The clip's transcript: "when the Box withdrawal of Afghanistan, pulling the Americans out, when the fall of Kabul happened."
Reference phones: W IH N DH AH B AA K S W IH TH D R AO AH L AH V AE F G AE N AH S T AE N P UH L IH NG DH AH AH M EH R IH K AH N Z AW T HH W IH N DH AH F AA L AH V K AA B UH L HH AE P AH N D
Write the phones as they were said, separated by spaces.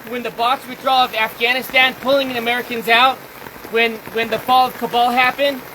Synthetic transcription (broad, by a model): W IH N DH AH B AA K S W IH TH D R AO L AH V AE F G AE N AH S T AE N P UH L IH NG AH AH M EH R IH K AH N Z AW T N W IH N DH AH F AA L AH V K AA B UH L HH AE P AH N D